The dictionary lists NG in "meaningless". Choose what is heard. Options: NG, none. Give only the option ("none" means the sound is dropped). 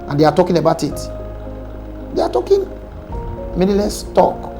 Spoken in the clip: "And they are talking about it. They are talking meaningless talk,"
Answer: none